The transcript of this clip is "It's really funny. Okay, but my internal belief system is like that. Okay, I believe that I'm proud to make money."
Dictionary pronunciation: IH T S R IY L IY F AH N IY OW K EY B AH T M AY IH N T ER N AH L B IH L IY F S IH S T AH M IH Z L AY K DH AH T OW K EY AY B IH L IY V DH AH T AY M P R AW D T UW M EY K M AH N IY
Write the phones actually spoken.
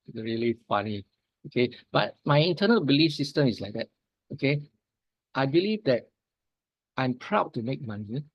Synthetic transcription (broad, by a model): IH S R IY L IY F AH N IY OW K EY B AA T M AY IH N T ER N AH L B IH L IY F S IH S T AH M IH S L AY K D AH T OW K EY AY B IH L IY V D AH T AY M P R AW D T UW M EY K M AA N IY